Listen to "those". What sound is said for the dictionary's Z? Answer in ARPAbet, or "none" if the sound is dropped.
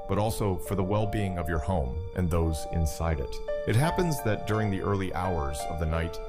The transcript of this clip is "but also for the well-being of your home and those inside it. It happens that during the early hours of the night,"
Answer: Z